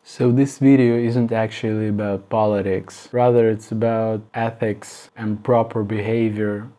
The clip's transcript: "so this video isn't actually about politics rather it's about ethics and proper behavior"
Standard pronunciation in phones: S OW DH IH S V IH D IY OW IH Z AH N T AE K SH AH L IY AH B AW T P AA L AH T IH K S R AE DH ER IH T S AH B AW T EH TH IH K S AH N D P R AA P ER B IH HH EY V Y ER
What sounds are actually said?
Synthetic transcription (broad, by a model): S OW DH IH S V IH D IY OW IH Z AH N T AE K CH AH L IY AH B AW T P AA L AH T IH K S R AE DH ER IH T S AH B AW T EH TH IH K S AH N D P R AA P ER B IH HH EY V Y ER